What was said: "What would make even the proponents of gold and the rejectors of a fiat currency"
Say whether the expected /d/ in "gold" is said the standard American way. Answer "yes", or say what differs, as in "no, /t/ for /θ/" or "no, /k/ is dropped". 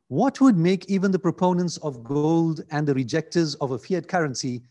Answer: yes